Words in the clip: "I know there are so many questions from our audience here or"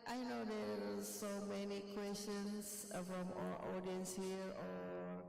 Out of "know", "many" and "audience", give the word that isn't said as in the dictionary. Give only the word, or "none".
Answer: none